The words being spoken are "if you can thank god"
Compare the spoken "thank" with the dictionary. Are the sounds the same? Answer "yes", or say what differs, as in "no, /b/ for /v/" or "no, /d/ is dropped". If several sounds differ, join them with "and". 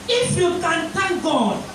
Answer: no, /t/ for /θ/